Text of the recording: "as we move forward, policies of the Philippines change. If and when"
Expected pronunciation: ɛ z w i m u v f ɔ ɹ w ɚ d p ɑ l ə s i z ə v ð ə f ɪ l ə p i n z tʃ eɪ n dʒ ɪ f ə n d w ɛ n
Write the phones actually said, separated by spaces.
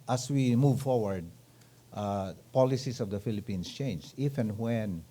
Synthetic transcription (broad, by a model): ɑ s w i m u v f ɔ ɹ w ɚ d p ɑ l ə s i s ə v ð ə f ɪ l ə p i n s tʃ eɪ n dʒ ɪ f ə n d w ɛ n